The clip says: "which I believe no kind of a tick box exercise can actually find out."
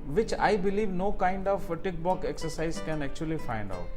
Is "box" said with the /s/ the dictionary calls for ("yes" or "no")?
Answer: no